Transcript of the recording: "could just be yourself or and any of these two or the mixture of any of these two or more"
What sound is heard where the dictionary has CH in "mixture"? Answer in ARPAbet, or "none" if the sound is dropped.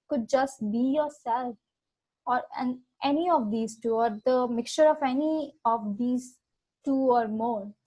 CH